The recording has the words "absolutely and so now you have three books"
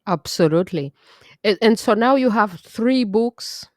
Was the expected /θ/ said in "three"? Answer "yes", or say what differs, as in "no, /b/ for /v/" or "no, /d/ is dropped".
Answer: yes